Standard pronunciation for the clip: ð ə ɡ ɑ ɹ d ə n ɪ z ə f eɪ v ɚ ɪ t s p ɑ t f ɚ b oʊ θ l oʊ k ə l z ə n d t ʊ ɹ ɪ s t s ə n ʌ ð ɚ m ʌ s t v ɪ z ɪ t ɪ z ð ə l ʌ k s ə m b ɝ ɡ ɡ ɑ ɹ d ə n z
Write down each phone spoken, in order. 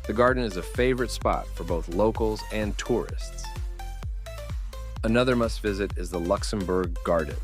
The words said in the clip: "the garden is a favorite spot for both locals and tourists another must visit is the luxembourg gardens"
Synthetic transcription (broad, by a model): ð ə ɡ ɑ ɹ d n ɪ z ə f eɪ v ɚ ɪ t s p ɑ t f ɚ b oʊ θ l oʊ k l z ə n t ʊ ɹ ɪ s t s ə n ʌ ð ɚ m ʌ s t v ɪ z ɪ t ɪ z ð ə l ʌ k s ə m b ɝ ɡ ɡ ɑ ɹ d n